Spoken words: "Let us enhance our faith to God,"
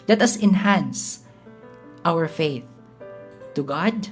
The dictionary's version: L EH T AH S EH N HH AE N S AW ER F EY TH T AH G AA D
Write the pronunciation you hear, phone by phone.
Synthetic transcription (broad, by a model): L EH T AH S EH N HH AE N S AW ER F EY TH T AH G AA D